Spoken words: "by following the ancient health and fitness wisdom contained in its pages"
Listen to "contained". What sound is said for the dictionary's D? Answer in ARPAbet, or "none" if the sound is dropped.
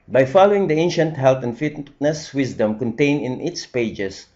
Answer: none